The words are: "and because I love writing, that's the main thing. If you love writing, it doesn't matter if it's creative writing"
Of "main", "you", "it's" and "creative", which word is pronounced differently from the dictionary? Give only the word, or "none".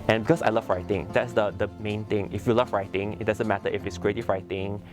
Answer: creative